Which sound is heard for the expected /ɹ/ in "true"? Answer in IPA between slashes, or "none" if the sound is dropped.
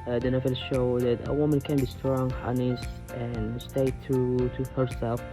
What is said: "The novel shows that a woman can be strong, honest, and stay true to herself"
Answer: none